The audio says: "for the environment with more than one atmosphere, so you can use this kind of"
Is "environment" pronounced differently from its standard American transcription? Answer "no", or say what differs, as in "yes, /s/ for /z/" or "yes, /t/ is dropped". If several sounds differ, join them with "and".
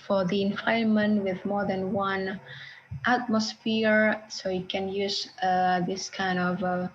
yes, /ɹ/ is dropped and /n/ is dropped